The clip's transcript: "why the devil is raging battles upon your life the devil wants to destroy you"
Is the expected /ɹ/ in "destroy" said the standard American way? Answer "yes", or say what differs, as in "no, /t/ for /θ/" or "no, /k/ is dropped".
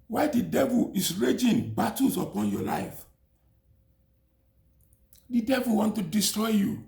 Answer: yes